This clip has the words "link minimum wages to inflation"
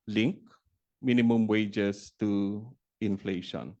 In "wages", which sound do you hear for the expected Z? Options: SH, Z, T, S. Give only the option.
S